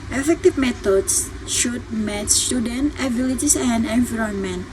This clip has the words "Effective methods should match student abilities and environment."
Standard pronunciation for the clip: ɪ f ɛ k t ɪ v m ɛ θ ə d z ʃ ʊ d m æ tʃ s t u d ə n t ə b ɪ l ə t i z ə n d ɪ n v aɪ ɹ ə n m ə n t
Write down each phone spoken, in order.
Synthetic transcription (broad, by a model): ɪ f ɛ k t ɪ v m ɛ t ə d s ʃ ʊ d m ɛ s s t u d ə n t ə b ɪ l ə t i s ə n d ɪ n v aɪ ɹ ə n m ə n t